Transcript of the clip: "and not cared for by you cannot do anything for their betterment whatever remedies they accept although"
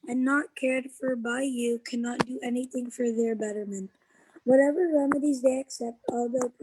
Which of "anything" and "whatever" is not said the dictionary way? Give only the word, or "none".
none